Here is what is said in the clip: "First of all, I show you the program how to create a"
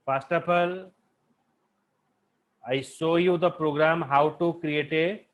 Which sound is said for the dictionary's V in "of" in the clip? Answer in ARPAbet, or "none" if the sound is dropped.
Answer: P